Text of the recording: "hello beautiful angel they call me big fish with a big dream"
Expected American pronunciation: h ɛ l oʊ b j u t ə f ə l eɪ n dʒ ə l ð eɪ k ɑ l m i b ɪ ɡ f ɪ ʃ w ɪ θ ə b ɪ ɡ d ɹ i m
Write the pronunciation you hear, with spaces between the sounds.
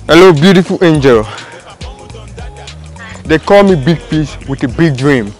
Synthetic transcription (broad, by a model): h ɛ l oʊ b j u t ə f ə l eɪ n dʒ ə l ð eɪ k ɑ l m i b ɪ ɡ p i s w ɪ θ ə b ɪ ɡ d ɹ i m